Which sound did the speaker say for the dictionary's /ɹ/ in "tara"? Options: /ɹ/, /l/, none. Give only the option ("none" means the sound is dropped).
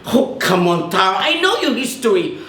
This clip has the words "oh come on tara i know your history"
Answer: none